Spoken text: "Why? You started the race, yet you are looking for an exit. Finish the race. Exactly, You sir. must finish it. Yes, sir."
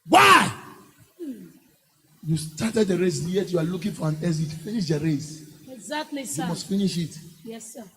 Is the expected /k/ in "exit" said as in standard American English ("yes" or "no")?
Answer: no